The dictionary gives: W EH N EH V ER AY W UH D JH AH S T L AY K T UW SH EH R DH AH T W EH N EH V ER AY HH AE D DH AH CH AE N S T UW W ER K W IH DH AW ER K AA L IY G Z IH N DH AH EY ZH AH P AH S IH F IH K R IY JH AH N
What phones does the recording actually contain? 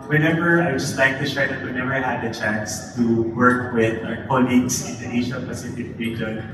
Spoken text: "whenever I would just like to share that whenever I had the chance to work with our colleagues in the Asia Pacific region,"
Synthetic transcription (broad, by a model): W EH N EH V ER AY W JH AH S T L AY K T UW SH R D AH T W EH N EH V ER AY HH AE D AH CH AE N S T UW W ER K W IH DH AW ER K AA L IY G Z IH N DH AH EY SH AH P AH S IH F IH K R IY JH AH N